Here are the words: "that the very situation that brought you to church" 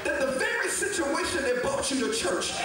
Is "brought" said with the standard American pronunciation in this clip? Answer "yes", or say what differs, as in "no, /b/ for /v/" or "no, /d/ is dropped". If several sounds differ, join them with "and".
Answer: no, /ɹ/ is dropped